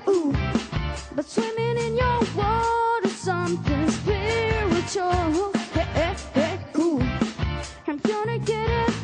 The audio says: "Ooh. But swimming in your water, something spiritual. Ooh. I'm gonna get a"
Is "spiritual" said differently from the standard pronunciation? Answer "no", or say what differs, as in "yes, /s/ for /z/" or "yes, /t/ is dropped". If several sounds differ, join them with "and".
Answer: yes, /w/ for /ɹ/